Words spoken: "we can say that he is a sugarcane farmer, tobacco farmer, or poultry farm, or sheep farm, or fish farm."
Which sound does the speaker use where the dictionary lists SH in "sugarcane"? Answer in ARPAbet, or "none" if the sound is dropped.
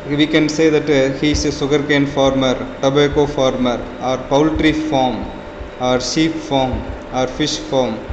S